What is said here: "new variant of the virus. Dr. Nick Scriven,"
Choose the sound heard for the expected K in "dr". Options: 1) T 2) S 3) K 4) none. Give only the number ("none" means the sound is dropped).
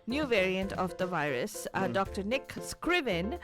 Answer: 3